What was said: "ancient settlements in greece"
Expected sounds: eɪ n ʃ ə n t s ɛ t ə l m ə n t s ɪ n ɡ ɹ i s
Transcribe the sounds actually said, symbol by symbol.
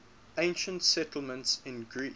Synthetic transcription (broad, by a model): eɪ n ʃ ə n t s ɛ t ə l m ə n t s ɪ n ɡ ɹ i